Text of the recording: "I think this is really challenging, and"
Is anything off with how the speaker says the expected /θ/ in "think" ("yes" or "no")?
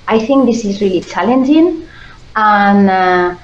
no